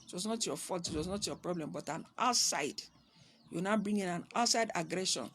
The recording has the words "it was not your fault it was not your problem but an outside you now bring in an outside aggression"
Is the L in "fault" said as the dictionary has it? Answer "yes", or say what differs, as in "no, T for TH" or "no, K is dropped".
no, L is dropped